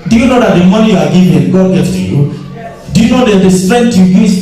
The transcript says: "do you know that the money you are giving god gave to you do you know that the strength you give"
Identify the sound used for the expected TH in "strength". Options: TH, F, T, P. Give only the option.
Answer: T